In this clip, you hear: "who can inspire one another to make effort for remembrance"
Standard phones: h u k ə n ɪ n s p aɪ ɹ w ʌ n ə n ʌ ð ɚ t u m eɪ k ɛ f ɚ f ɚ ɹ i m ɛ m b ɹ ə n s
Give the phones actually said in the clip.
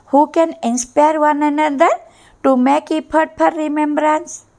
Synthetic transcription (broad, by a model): h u k ə n ɪ n s p aɪ ɹ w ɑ n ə n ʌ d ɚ t u m eɪ k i p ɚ p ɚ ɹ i m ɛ m b ɹ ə n s